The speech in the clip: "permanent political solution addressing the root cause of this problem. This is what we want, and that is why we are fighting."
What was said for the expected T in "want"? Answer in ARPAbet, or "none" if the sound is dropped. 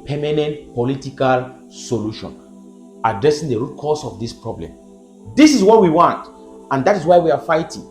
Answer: T